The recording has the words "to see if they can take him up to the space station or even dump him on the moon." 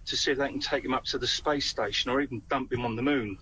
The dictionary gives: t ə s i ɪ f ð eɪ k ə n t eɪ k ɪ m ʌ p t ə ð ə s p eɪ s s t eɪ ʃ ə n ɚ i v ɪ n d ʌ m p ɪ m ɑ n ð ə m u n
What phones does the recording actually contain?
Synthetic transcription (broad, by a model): t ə s i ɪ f ð eɪ k ə n t eɪ k ɪ m ʌ p t ə ð ə s p eɪ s s t eɪ ʃ ə n ɚ i v ɪ n d ʌ m p ɪ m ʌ n ð ə m u n